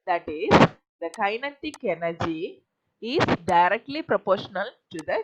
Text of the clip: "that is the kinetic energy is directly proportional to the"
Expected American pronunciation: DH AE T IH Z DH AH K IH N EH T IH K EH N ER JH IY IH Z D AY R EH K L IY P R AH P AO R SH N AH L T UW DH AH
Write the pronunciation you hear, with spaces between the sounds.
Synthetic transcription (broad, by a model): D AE T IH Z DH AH K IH N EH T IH K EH N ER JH IY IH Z D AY R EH K L IY P R AH P AO R SH N AH L T UW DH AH